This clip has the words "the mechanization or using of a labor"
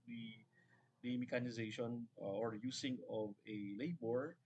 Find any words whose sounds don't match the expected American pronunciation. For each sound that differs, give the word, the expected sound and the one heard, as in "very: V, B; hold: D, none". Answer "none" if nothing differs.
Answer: using: Z, S